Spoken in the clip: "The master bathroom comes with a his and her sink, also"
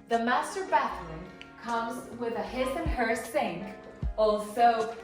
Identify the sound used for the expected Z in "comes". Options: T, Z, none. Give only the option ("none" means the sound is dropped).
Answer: Z